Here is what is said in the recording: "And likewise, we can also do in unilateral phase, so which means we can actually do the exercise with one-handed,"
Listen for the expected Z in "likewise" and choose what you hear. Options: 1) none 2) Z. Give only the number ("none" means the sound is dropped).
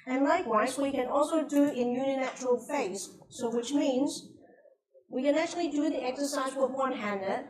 2